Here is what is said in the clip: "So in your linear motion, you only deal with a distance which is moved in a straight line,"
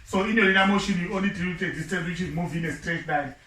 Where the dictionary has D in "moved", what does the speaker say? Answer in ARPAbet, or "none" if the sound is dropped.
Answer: none